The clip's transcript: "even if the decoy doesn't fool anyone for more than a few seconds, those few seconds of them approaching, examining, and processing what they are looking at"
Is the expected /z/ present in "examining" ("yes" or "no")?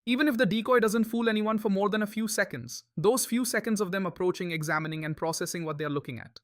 yes